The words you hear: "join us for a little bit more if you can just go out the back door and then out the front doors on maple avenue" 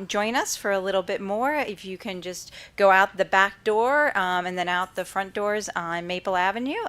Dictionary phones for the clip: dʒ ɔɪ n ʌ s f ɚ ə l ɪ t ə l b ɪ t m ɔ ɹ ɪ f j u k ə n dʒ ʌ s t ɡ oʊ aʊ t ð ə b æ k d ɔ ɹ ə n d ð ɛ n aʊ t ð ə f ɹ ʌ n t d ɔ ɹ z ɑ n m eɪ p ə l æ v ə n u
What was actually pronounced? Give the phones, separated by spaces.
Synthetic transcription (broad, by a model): dʒ ɔɪ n ʌ s f ɚ ə l ɪ t l b ɪ t m ɔ ɹ ɪ f j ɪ k ə n dʒ ʌ s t ɡ oʊ aʊ t ð ə b æ k d ɔ ɹ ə n ð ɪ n aʊ t ð ə f ɹ ʌ n d ɔ ɹ z n m eɪ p l æ v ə n u